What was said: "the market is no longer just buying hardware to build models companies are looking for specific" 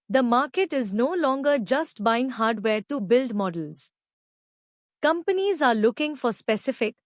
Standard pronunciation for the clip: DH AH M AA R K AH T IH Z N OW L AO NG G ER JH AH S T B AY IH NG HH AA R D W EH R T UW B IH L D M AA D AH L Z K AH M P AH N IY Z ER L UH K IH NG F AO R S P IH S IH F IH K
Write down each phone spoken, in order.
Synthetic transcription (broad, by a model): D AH M AA R K AH T IH Z N OW L AO NG G ER JH AH S T B AY IH NG HH AA R D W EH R T UW B IH L D M AA D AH L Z K AH M P AH N IY Z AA L UH K IH NG F AO R S P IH S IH F IH K